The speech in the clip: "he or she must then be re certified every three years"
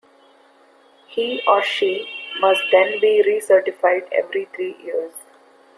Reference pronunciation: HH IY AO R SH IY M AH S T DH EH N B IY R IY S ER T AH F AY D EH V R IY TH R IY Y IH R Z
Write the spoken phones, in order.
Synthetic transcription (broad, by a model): HH IY AO R SH IY M AH S T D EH N B IY R IY S ER T AH F AY D EH V R IY T R IY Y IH R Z